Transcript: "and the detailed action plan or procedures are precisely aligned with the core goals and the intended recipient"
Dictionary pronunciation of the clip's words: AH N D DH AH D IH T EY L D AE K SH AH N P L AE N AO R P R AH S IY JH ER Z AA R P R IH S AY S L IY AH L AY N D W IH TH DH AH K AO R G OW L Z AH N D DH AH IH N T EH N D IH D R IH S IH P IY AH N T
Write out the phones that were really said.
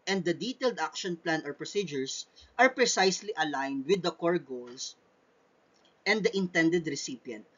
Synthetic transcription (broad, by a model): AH N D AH D IH T EY L D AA K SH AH N P L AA N AO R P R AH S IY JH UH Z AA R P R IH S AY S L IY AH L AY N D W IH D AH K AO R G OW L S AH N D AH IH N T EH N D IH D R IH S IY P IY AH N T